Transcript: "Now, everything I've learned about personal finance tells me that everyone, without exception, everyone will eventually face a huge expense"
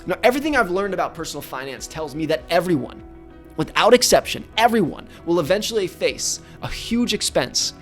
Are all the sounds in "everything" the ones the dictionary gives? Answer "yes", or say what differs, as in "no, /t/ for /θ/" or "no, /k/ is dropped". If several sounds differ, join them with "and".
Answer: yes